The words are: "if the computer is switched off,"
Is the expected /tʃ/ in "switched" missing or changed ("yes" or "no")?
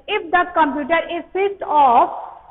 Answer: yes